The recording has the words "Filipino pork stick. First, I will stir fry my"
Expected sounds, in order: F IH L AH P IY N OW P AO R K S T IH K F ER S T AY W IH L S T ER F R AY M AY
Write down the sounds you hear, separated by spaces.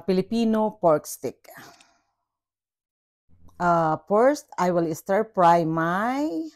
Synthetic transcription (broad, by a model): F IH L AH P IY N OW P AO R K S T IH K P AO S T AY W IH L S T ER P R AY M AY